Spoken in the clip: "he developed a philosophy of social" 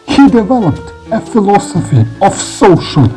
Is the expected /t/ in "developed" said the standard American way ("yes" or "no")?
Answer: yes